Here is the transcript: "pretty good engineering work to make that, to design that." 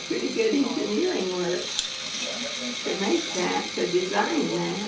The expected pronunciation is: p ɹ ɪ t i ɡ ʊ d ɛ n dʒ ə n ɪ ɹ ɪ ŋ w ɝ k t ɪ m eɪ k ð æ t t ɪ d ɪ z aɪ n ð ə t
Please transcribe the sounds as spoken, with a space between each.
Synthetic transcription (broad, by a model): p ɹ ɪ t i ɡ ʊ d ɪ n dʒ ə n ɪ l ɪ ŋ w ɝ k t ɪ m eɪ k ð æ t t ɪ d ɪ z aɪ n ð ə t